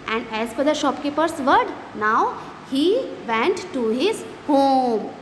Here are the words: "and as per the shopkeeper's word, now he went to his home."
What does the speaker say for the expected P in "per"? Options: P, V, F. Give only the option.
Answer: F